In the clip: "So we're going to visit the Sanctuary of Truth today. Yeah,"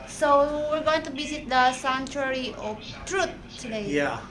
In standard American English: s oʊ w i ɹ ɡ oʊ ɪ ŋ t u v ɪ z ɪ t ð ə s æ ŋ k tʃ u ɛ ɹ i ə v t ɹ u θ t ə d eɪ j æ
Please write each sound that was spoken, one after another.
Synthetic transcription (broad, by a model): s oʊ w i ɹ ɡ oʊ ɪ ŋ t u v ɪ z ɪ t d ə s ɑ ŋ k tʃ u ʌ ɹ i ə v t ɹ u t t ə d eɪ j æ